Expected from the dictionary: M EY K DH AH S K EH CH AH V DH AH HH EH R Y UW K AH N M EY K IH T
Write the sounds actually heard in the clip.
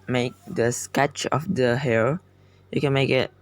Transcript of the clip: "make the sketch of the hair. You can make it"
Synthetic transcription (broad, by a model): M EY K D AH S K EH CH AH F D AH HH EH L Y UW K AH N M EY K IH T